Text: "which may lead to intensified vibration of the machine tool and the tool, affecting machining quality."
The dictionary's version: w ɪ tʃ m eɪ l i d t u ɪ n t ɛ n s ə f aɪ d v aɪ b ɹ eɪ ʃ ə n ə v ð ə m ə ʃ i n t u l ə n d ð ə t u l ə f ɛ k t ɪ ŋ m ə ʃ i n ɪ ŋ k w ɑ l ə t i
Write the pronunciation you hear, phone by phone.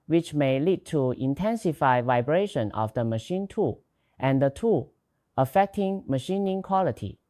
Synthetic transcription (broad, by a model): w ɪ tʃ m eɪ l i d t u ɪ n t ɛ n s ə f aɪ v aɪ b ɹ eɪ ʃ ə n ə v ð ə m ə ʃ i n t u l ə n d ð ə t u ə f ɛ k t ɪ ŋ m ə ʃ i n ɪ ŋ k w ɑ l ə t i